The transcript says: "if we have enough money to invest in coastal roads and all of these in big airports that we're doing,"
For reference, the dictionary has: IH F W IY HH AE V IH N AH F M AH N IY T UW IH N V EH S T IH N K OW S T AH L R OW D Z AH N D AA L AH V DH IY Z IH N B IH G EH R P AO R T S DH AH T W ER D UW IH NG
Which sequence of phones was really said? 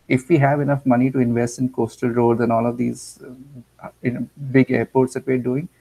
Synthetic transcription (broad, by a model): IH F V IY HH AE V IH N AH F M AH N IY T UW IH N V EH S T IH N K OW S T AH L R OW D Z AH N AA L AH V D IY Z IH N B IH G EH R P AO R T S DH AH T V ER D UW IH NG